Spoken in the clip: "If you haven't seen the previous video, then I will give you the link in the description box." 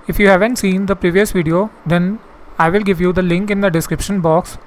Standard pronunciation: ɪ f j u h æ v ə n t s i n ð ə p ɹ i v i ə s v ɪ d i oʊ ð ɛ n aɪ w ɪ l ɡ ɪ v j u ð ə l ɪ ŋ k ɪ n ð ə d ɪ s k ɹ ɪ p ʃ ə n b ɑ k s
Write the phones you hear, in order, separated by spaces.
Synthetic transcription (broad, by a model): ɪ f j u h æ v ə n t s i n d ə p ɹ i v i ə s v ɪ d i oʊ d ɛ n aɪ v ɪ l ɡ ɪ v j u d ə l ɪ ŋ k ɪ n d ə d ɪ s k ɹ ɪ p ʃ ə n b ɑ k s